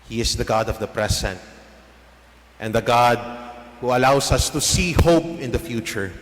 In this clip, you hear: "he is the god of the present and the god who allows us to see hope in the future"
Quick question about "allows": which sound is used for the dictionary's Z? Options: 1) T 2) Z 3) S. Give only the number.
3